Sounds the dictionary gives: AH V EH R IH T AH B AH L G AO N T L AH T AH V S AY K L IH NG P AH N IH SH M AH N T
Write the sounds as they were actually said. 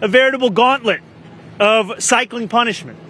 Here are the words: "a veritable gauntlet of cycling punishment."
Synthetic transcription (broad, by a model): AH V EH R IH T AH B L G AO N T L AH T AH V S AY K L IH NG P AH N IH SH M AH N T